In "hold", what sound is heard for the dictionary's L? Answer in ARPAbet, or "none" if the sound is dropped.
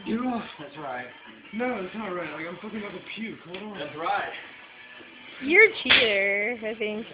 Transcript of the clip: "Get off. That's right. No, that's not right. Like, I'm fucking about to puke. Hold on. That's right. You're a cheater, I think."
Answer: none